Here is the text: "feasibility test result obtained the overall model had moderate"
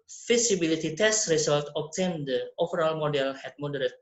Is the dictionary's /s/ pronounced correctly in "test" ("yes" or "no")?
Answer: yes